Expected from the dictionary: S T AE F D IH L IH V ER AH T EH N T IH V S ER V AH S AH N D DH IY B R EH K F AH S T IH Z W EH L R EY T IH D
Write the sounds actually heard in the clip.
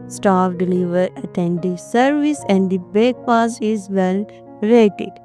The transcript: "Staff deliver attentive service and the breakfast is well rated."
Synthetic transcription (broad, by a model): S T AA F D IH L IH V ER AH T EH N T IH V S ER V AH S AH N D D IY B EH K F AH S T IH Z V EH L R EY T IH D